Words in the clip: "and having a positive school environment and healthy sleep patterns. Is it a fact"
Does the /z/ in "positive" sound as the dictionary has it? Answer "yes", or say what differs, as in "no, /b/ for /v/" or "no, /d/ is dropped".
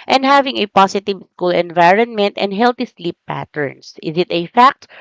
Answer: no, /s/ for /z/